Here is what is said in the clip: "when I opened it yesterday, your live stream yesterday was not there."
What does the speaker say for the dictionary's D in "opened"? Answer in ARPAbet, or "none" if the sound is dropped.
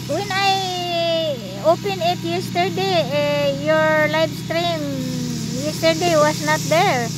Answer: none